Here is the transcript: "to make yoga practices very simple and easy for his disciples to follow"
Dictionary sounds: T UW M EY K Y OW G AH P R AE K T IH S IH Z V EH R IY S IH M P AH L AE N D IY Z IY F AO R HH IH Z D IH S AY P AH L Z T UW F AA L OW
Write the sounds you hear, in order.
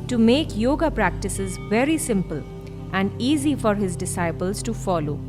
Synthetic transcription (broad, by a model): T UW M EY K Y OW G AH P R AE K T IH S IH Z V EH R IY S IH M P AH L AE N D IY Z IY F AO R HH IH Z D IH S AY P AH L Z T UW F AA L OW